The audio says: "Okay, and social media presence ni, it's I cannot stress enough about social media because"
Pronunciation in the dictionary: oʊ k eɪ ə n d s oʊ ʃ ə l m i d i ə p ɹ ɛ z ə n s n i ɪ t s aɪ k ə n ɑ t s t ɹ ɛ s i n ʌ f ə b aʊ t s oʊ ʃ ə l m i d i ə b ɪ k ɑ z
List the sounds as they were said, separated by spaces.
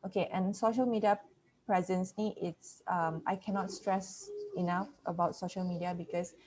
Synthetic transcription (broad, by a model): oʊ k eɪ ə n s oʊ ʃ ə l m i d i ə p ɹ ɛ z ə n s l i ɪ t s aɪ k ə n ɑ t s t ɹ ɛ s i n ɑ f ə b aʊ t s oʊ ʃ ə l m i d i ə b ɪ k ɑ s